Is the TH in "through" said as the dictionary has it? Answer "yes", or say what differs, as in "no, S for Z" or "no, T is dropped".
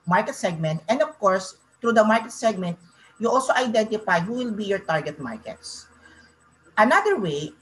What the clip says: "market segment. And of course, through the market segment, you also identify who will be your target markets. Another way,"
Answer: no, T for TH